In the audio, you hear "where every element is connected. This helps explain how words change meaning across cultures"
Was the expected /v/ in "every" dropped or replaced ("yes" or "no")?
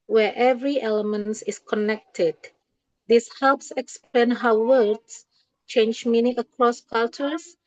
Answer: no